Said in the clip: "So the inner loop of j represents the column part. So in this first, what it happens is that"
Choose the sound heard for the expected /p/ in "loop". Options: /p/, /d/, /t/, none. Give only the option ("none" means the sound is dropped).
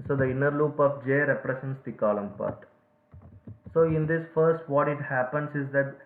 /p/